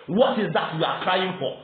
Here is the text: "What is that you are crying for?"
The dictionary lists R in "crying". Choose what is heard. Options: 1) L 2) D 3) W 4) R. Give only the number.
4